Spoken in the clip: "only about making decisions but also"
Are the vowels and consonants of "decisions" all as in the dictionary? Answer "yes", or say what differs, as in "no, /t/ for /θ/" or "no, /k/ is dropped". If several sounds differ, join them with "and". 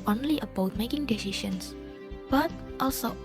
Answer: no, /ʃ/ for /ʒ/ and /s/ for /z/